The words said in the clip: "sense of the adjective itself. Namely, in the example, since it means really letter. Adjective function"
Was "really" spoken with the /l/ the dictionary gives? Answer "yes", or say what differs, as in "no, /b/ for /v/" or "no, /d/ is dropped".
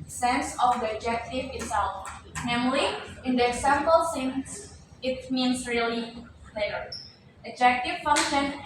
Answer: no, /l/ is dropped